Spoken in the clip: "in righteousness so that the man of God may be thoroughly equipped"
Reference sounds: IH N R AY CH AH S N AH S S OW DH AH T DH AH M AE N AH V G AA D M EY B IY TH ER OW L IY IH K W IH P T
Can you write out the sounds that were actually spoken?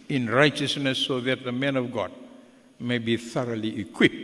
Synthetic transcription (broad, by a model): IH N R AY CH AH S N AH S S OW DH AH T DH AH M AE N AH V G AA D M EY B IY TH ER OW L IY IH K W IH P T